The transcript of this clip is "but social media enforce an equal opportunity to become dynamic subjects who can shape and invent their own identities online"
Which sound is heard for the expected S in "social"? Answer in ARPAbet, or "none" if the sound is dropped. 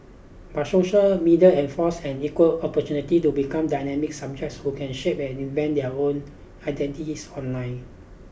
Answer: S